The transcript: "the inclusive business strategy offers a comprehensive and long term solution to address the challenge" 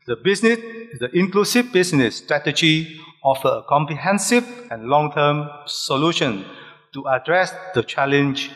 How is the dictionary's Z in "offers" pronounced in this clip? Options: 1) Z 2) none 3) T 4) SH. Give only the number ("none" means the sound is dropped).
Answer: 2